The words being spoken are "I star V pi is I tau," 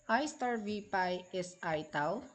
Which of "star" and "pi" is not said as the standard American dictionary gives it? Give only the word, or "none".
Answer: none